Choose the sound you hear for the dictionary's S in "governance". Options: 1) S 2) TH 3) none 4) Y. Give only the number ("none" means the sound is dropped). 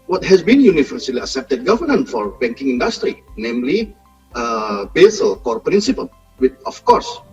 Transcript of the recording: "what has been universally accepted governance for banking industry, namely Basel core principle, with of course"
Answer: 3